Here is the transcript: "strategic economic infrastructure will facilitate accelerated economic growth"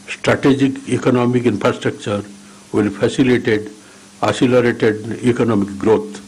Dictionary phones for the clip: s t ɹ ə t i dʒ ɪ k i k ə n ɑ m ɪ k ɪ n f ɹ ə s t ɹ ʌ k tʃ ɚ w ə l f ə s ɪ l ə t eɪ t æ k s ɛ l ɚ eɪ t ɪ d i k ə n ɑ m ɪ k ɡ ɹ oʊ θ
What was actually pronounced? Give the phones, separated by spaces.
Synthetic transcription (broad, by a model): s t ɹ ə t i dʒ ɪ k i k ə n ɑ m ɪ k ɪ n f ɹ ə s t ɹ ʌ k tʃ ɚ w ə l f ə s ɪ l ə t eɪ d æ s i l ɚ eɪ t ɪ d i k ə n ɑ m ɪ k ɡ ɹ oʊ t